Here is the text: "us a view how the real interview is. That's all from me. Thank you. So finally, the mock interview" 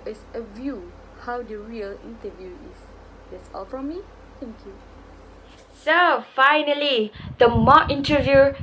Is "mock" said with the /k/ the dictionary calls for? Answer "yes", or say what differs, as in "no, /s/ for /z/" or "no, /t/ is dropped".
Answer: no, /k/ is dropped